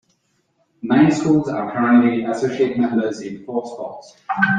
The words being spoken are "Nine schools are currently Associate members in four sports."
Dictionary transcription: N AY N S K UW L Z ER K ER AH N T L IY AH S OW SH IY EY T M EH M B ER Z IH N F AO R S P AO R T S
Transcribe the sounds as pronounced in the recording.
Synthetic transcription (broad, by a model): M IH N S K UW L Z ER K ER AH N T L IY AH S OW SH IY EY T M EH M B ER Z IH N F AO S P AO T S